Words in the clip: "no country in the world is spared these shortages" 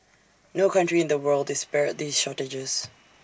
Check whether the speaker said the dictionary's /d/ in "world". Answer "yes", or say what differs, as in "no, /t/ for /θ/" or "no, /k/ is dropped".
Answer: yes